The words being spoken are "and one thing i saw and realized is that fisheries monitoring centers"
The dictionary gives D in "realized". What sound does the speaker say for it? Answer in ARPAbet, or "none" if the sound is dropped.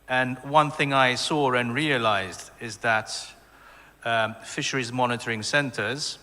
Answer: D